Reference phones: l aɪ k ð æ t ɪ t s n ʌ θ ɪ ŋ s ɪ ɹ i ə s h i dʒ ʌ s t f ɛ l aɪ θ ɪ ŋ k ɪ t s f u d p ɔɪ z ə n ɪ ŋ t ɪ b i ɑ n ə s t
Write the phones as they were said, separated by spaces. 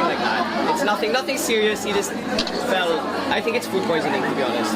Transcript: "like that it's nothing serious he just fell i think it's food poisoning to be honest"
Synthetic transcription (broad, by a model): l aɪ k ð æ t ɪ t s n ʌ θ ɪ ŋ s ɪ ɹ i ə s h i dʒ ʌ s t f ɛ l aɪ θ ɪ ŋ k ɪ t s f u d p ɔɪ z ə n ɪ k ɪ b i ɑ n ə s t